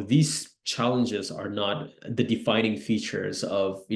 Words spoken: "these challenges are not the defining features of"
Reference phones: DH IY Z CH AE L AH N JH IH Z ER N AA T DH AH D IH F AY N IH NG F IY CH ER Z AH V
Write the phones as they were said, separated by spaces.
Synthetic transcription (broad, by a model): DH IY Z CH AE L AH N JH IH Z ER N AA T DH AH D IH F AY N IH NG F IY CH ER Z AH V